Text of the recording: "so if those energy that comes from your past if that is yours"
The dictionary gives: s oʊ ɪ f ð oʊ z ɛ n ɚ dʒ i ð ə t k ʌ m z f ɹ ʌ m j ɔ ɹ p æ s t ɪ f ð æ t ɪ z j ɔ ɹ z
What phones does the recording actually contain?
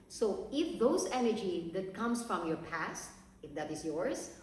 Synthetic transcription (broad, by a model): s oʊ ɪ f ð oʊ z ɛ n ɚ dʒ i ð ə t k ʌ m s f ɹ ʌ m j ɔ ɹ p æ s t ɪ f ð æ t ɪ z j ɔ ɹ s